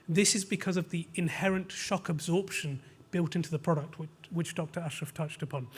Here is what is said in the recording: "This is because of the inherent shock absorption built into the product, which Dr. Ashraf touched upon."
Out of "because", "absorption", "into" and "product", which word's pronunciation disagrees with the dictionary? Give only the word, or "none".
none